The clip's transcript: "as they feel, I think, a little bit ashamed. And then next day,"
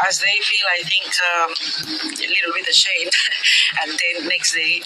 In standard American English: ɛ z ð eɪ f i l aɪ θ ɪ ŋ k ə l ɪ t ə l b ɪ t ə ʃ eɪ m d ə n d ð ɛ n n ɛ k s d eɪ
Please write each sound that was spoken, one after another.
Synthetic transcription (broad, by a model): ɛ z ð eɪ f i l aɪ θ ɪ ŋ k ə l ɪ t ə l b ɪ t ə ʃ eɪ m ə n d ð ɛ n n ɛ k s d eɪ